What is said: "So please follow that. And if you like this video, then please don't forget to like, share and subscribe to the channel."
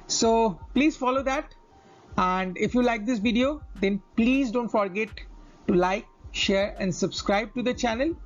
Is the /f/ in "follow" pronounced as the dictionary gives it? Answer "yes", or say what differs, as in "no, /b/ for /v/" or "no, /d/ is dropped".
yes